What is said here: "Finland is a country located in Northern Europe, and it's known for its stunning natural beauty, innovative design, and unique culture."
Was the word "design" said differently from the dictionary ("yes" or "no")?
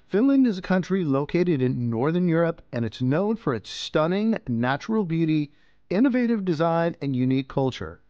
no